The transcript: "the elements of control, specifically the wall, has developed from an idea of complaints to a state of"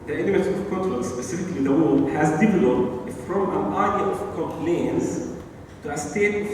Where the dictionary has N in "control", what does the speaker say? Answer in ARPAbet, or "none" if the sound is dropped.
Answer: none